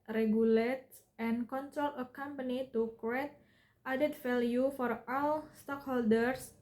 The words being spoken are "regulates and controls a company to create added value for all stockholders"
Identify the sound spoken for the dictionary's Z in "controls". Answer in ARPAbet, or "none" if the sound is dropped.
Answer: none